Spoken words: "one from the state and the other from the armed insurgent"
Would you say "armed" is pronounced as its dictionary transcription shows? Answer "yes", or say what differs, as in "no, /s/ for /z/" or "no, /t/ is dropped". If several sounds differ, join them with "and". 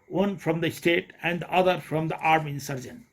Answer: no, /d/ is dropped